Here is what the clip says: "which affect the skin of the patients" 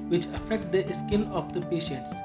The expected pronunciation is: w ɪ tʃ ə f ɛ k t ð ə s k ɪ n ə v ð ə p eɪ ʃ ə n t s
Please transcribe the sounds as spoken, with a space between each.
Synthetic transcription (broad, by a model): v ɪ tʃ ə f ɛ k t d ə s k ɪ l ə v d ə p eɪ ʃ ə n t s